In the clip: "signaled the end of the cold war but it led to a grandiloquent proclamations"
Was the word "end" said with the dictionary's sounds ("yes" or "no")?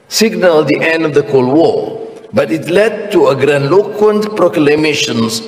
yes